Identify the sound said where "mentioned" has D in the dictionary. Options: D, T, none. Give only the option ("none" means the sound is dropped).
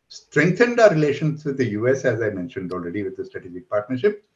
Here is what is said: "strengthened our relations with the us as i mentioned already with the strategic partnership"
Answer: D